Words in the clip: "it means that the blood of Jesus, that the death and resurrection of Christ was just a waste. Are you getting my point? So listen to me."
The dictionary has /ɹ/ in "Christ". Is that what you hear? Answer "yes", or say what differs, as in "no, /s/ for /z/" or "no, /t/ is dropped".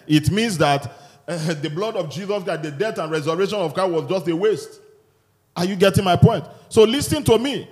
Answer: no, /ɹ/ is dropped